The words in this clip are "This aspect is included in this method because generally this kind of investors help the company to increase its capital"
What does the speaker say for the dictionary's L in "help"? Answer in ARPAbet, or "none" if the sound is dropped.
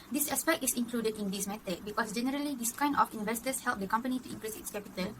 L